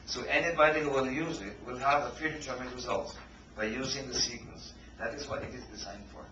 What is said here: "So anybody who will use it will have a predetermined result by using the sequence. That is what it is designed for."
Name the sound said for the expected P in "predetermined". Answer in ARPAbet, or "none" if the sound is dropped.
F